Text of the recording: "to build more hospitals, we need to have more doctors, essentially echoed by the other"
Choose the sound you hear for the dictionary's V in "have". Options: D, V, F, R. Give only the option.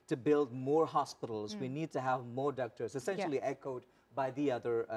V